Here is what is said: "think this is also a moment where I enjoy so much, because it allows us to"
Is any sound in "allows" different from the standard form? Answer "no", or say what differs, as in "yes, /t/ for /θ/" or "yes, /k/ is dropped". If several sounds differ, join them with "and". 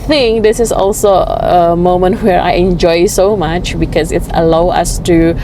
yes, /z/ is dropped